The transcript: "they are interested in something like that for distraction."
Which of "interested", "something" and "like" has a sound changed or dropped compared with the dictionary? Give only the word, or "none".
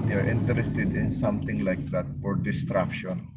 something